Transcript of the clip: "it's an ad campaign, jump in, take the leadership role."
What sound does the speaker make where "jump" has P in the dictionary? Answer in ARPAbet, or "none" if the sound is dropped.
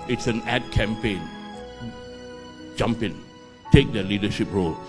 P